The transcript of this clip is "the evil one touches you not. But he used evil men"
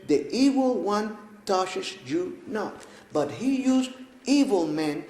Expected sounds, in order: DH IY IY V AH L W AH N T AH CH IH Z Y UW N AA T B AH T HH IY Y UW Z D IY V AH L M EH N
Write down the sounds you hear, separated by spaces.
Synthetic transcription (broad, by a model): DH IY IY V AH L W AH N T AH SH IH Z Y UW N AA T B AH T HH IY Y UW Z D IY V AH L M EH N